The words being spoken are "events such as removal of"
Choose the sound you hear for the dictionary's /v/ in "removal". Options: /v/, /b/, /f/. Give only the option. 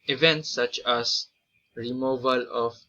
/v/